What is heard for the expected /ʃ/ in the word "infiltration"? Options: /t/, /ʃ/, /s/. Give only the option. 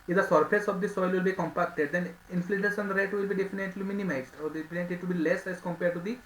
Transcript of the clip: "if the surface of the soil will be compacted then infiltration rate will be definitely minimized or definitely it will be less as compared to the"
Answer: /s/